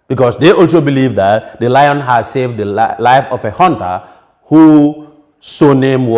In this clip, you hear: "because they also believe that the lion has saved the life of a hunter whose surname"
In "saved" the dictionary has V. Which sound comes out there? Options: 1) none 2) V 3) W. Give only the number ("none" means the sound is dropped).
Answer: 2